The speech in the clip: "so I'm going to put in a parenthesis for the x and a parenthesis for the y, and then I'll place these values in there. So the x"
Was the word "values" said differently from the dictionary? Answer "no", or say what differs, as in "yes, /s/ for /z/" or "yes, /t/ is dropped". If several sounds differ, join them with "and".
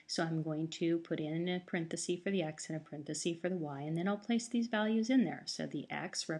no